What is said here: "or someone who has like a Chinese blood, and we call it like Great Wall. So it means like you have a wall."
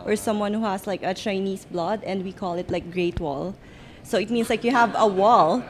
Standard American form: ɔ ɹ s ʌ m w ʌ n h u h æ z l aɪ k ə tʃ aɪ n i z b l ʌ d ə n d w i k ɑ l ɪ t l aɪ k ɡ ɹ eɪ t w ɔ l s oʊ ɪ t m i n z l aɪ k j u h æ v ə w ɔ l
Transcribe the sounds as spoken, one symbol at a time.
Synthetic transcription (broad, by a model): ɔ ɹ s ʌ m w ʌ n h u h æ s l aɪ k ə tʃ aɪ n i s b l ʌ d ə n d w i k ɑ l ɪ t l aɪ k ɡ ɹ eɪ t w ɔ l s oʊ ɪ t m i n s l aɪ k j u h æ v ə w ɔ l